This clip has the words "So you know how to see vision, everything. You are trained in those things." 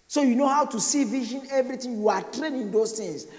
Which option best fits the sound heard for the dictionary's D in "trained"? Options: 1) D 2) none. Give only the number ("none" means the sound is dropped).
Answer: 2